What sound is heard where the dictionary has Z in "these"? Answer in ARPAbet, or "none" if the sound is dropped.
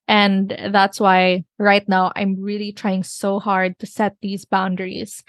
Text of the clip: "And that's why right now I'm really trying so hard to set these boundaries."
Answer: Z